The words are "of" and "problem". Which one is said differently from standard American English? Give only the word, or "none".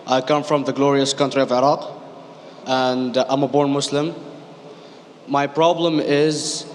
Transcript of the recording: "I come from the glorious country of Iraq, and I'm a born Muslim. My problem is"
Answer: none